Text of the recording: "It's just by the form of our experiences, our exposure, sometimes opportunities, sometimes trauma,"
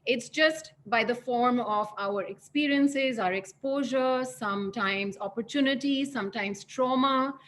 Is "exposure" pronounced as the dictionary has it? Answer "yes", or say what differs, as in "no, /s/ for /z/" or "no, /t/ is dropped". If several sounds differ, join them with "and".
yes